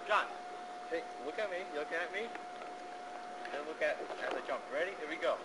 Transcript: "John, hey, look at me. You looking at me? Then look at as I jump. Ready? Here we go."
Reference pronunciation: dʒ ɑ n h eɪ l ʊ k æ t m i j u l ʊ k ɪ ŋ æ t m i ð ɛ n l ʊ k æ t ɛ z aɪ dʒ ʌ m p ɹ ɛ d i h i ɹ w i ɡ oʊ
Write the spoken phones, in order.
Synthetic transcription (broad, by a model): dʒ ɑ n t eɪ l ʊ k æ t m i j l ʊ k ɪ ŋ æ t m i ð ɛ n l ʊ k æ t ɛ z aɪ dʒ ʌ m p ɹ ɛ d i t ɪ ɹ i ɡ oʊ